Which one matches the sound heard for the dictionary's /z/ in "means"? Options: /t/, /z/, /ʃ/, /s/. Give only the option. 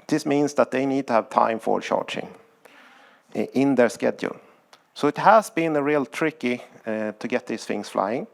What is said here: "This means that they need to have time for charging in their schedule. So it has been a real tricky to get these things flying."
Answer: /s/